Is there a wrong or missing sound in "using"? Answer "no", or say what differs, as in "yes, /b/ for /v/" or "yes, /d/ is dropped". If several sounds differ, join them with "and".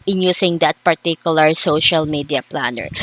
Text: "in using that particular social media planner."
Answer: yes, /s/ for /z/